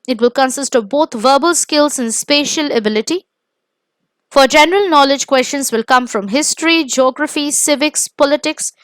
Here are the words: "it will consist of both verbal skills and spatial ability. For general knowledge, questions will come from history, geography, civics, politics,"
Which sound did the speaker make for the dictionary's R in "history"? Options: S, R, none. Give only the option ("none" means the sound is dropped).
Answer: R